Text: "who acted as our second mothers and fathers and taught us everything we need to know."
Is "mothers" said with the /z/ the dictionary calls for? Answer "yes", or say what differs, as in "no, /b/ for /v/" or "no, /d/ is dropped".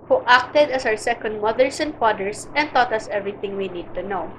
no, /s/ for /z/